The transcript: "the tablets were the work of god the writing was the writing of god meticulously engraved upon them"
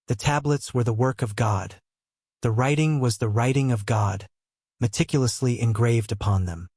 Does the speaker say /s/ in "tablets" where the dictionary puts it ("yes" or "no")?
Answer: yes